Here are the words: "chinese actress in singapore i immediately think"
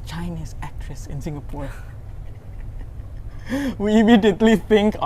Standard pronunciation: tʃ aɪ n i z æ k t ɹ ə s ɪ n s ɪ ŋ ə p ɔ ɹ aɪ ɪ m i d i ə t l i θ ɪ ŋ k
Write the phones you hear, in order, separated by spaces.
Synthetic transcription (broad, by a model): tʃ aɪ n i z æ k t ɹ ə s ɪ n s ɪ ŋ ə p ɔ w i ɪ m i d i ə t l i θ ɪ ŋ k